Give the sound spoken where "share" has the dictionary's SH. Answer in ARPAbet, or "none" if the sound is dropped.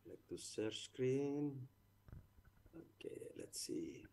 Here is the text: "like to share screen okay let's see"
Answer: S